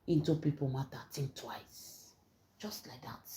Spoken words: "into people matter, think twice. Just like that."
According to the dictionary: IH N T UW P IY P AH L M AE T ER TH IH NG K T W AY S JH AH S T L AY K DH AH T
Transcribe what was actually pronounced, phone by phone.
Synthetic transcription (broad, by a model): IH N T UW P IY P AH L M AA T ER T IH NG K T W AY S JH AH S T L AY K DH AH T